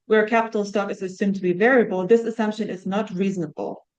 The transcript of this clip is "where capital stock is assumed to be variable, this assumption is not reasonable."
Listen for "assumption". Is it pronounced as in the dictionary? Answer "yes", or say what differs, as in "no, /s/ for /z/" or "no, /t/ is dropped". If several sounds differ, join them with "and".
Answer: yes